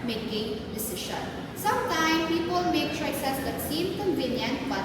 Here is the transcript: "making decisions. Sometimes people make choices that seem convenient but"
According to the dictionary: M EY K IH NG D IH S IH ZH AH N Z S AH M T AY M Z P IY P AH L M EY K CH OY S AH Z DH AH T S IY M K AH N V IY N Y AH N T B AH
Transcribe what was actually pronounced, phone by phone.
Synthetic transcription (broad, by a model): M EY K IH NG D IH S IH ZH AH N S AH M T AY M P IY P AH L M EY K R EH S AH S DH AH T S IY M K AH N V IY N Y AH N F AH